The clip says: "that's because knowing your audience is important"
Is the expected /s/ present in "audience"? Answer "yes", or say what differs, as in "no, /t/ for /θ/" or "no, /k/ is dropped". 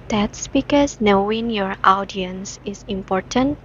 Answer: yes